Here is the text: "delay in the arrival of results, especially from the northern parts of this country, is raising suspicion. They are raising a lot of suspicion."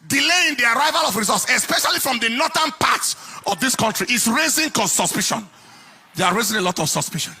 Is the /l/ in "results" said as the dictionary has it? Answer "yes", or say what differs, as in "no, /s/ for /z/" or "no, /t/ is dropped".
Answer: no, /l/ is dropped